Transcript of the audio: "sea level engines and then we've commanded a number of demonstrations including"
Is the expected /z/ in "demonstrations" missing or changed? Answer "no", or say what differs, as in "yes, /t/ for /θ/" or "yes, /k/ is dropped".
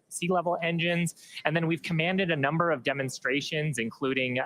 no